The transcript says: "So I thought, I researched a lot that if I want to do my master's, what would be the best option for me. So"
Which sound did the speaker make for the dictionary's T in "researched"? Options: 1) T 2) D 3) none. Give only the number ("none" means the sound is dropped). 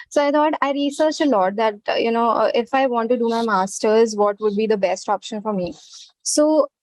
3